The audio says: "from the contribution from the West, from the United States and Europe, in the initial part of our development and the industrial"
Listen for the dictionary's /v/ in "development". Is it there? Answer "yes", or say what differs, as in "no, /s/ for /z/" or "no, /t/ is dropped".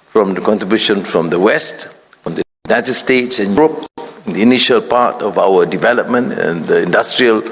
yes